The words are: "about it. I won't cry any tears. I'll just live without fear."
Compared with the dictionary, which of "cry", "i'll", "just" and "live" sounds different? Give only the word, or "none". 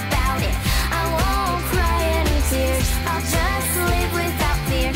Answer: live